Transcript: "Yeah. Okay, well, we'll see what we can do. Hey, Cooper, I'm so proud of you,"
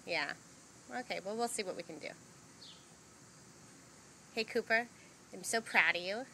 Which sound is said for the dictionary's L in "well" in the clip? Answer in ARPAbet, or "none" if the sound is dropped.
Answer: L